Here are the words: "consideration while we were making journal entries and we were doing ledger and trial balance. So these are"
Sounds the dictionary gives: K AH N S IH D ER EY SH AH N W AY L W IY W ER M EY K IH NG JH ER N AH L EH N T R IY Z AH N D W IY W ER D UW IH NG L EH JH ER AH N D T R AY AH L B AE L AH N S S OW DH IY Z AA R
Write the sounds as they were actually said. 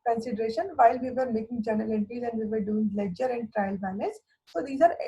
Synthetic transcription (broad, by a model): K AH N S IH D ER EY SH AH N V AY L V IY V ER M EY K IH NG JH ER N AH L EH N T IY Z AH N D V IY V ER D UW IH NG L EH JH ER AH N D T R AY AH L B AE N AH S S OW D IY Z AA R